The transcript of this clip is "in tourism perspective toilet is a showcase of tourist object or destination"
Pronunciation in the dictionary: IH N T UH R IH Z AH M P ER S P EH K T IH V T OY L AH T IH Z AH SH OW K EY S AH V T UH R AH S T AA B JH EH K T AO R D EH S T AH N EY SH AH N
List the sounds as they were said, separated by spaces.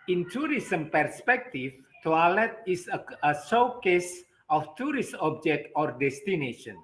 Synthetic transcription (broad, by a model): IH N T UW R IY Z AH M P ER S P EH K T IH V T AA L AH T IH S AH S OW K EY S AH F T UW R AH S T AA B JH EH K T AO R D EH S T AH N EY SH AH N